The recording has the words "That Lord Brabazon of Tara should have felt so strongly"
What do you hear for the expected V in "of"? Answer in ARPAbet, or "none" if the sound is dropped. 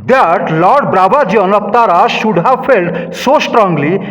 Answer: P